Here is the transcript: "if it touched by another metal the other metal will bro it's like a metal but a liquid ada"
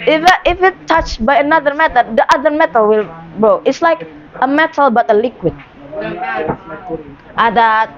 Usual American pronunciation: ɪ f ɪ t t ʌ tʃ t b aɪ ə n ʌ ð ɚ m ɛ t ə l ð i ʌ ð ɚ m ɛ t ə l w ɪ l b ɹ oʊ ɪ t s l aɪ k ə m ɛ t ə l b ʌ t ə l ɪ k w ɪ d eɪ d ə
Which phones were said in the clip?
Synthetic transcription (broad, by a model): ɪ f ɪ t t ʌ tʃ b aɪ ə n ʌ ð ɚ m ɛ t ə l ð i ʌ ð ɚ m ɛ t ə l w ɪ l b oʊ ɪ t s l aɪ k ə m ɛ t ə l b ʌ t ə l ɪ k w ɪ d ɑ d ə